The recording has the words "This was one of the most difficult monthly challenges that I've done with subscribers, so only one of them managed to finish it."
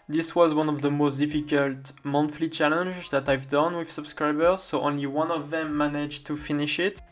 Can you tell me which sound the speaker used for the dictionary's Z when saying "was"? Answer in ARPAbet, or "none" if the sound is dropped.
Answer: Z